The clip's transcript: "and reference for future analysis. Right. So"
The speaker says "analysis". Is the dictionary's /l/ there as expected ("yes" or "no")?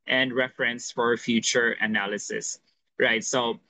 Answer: yes